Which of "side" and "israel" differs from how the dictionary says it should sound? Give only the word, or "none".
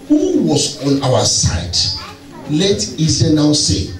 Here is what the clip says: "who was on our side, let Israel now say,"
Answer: israel